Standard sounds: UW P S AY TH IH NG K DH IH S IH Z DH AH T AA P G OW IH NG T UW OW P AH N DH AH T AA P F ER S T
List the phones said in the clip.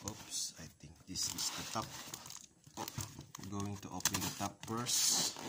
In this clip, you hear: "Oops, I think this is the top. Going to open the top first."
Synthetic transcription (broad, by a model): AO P S AY T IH NG K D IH S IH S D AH T AA P G OW IH NG T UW OW P AH N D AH T AA P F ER S